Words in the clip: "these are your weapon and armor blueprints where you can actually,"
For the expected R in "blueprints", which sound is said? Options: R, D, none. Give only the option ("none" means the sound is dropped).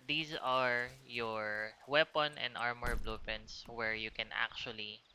none